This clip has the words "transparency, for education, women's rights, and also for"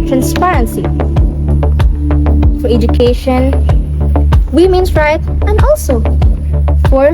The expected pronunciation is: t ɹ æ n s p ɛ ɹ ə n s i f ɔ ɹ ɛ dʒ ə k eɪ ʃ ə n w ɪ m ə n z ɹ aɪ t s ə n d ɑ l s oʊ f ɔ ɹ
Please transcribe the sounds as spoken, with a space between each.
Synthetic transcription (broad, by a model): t ɹ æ n s p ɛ ɹ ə n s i f ɔ ɹ ɛ dʒ ə k eɪ ʃ ə n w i m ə n s ɹ aɪ t ə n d ɑ l s oʊ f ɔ ɹ